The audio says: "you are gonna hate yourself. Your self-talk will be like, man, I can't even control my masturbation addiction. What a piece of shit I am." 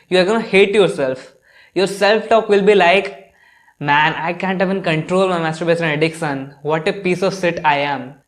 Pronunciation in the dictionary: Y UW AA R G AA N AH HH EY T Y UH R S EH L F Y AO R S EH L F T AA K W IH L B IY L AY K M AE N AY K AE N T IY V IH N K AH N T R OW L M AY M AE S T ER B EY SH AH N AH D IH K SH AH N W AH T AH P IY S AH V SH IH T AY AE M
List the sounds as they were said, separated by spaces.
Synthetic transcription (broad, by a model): Y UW AA R G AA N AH HH EY T Y UH R S EH L F Y AO R S EH L F T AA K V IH L B IY L AY K M AE N AY K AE N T IY V IH N K AH N T R OW L M AY M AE S T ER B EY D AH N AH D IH K S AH N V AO T AH P IY S AH V S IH T AY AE M